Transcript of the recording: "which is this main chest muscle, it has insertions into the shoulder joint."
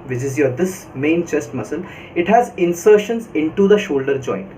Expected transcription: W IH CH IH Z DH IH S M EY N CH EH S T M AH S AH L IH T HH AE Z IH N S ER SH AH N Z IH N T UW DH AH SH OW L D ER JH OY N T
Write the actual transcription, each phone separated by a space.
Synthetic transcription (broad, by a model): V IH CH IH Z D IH S M EY N CH EH S T M AH S AH L IH T HH AE Z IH N S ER SH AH N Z IH N T UW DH AH SH OW L D ER JH OY N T